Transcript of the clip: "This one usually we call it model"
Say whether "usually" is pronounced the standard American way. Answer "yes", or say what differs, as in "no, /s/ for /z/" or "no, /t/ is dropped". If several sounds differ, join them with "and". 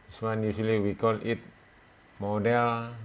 no, /s/ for /ʒ/